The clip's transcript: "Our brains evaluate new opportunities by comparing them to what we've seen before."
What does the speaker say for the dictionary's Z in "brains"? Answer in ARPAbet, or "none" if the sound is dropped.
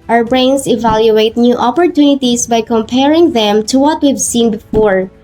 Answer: S